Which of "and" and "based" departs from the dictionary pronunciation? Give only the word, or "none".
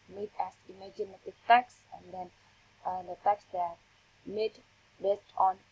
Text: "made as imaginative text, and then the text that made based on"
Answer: none